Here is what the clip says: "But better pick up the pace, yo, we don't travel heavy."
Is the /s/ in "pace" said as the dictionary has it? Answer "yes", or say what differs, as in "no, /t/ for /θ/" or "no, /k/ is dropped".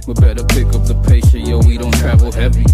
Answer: no, /ʃ/ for /s/